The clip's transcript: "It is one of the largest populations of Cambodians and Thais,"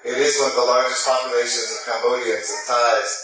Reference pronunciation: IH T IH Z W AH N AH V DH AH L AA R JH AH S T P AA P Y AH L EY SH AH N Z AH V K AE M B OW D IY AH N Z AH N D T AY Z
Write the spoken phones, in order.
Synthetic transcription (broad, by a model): IH T IH Z W AH N DH AH L AA R JH AH S T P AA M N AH IH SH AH N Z AH V K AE M B OW D IY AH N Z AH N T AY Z